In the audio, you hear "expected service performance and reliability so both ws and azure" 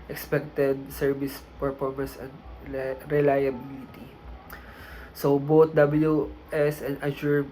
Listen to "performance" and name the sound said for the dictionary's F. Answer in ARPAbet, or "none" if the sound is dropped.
P